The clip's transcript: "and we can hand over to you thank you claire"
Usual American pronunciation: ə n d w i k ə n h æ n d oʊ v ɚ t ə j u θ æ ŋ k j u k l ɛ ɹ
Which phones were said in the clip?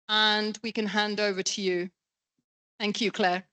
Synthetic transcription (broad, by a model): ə n w i k ə n h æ n d oʊ v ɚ t ə j u θ æ ŋ k j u k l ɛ